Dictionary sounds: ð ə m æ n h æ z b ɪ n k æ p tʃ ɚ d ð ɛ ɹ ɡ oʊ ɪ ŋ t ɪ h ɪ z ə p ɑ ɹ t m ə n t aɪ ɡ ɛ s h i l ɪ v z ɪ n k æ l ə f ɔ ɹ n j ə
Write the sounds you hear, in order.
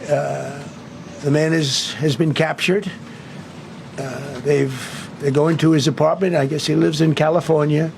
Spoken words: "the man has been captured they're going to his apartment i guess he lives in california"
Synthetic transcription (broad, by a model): ð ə m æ n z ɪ z b ɪ n k æ p tʃ ɚ d ð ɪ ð ɡ oʊ ɪ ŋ t ɪ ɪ z ə p ɑ ɹ t m ə n t aɪ ɡ ɛ s h i l ɪ v z ɪ n k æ l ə f ɔ ɹ n j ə